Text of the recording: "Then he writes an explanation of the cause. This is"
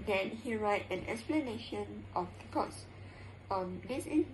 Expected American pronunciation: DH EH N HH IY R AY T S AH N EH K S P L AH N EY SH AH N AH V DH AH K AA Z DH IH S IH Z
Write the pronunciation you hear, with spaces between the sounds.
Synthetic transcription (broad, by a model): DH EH N HH IY R AY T AH N EH K S P L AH N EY SH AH N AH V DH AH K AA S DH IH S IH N